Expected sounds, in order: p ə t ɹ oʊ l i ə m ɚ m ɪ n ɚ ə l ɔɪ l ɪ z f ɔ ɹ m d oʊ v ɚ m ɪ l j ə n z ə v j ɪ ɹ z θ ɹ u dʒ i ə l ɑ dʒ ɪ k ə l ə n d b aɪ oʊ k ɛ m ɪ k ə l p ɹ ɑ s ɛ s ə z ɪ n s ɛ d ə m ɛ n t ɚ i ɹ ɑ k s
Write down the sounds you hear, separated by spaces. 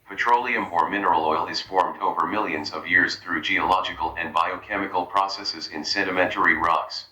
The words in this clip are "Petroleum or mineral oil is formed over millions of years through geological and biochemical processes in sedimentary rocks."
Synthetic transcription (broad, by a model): p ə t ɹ oʊ l i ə m ɚ m ɪ n ɚ ə l ɔɪ l ɪ z f ɔ ɹ m d oʊ v ɚ m ɪ l j ə n z ə v j ɪ ɹ z θ ɹ u dʒ i ə l ɑ dʒ ɪ k ə l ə n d b aɪ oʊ k ɛ m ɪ k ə l p ɹ ɑ s ɛ s ə z ɪ n s ɛ d ə m ɛ n t ɚ i ɹ ɑ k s